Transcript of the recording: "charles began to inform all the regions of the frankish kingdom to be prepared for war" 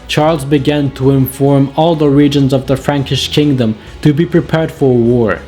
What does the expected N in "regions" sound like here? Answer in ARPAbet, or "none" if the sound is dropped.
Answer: N